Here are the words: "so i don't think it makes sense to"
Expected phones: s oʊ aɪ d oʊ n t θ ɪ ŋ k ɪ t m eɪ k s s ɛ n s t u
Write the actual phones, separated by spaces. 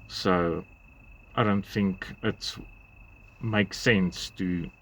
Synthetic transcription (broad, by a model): s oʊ aɪ d oʊ n t θ ɪ ŋ k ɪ t m eɪ k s s ɛ n s t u